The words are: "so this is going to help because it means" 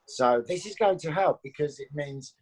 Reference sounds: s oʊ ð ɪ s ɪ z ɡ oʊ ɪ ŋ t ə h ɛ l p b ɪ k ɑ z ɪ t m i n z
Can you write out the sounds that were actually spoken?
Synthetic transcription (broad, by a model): s oʊ ð ɪ s ɪ z ɡ oʊ ɪ ŋ t ə h ɛ l p b ɪ k ɑ z ɪ t m i n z